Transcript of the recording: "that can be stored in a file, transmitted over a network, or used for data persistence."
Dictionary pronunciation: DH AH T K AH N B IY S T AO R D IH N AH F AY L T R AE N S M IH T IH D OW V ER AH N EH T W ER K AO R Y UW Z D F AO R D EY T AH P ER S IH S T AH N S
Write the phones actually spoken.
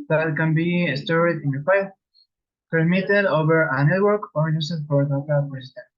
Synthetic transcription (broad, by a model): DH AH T K AH N B IY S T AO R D IH N AH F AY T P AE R M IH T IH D OW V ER AH N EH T W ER K AO R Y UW S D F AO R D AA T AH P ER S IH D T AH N